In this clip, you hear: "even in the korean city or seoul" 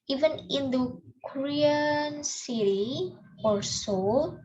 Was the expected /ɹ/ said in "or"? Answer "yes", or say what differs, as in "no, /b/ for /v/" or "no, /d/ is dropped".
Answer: no, /l/ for /ɹ/